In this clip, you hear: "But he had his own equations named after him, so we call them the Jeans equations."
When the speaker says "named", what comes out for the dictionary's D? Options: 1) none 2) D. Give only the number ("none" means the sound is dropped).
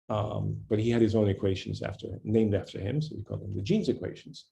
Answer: 2